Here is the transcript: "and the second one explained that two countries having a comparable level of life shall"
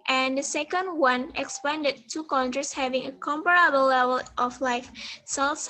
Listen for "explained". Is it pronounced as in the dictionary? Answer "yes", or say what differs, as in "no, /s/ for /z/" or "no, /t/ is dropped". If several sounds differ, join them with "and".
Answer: no, /l/ is dropped